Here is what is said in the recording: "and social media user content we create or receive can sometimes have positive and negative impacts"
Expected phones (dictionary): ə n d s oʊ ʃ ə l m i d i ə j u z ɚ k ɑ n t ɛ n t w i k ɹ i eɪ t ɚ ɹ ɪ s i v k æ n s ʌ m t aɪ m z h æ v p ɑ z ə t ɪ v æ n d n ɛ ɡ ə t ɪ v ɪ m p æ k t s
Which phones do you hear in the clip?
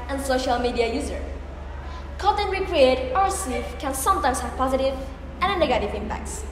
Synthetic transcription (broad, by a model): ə n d s oʊ ʃ ə l m i d i ə j u z ɚ k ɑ t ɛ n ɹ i k ɹ i eɪ t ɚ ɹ s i f k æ n s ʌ m t aɪ m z h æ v p ɑ z ə t ɪ v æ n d n ɛ ɡ ə t ɪ v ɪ m p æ k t s